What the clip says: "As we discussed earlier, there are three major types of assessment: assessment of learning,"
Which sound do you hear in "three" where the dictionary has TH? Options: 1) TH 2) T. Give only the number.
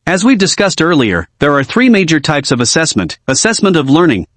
1